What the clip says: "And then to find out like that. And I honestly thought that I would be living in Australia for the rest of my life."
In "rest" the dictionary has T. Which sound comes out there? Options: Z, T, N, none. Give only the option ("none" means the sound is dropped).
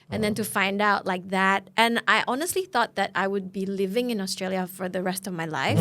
T